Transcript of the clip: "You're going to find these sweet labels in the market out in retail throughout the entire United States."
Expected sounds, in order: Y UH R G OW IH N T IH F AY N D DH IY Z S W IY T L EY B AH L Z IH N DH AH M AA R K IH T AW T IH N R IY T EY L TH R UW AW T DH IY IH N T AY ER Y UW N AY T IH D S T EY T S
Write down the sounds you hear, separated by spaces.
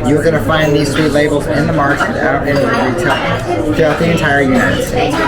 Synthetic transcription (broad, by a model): Y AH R G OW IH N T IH F AY N DH IY Z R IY L EY B L Z IH N DH AH M AA R K IH T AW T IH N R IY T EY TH UW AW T DH IY IH N T AY ER Y UW N AY T IH D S T EY T S